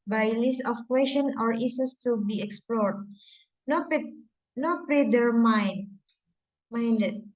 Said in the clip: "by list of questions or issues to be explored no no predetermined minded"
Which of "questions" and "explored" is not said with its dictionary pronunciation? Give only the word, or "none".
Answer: questions